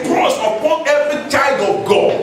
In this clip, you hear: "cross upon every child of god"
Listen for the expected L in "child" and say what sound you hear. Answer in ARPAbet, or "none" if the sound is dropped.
none